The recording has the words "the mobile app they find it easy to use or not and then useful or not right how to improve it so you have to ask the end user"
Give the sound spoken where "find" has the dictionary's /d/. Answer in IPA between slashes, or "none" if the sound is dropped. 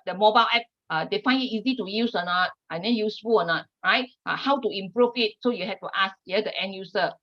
none